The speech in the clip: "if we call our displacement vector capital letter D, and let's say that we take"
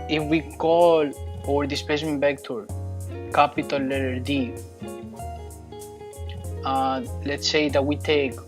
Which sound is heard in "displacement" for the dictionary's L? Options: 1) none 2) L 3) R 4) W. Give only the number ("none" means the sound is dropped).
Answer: 1